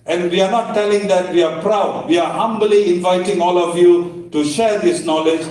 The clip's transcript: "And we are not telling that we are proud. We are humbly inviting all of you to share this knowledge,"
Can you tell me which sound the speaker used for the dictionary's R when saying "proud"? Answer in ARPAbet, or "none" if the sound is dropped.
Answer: R